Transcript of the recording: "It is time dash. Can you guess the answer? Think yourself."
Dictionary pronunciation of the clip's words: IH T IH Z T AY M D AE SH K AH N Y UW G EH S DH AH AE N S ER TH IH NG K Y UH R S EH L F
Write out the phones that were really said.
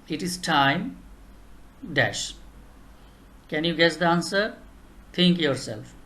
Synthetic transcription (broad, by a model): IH T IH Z T AY M D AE SH K AH N Y UW G EH S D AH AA N S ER T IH NG K Y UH R S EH L F